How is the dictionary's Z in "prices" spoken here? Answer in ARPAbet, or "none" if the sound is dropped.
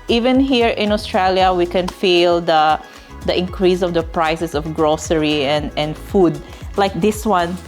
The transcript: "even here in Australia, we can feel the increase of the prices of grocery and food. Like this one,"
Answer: S